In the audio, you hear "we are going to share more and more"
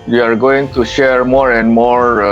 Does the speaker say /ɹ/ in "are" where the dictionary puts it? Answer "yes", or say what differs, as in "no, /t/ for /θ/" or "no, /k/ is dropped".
yes